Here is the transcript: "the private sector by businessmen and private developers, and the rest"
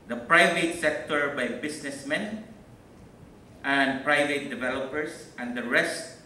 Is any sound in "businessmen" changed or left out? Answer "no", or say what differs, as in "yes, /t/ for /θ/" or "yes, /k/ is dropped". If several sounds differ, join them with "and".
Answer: yes, /s/ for /z/